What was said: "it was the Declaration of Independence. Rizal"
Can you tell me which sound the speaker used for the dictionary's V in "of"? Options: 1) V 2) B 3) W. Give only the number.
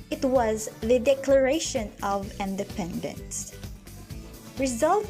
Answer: 1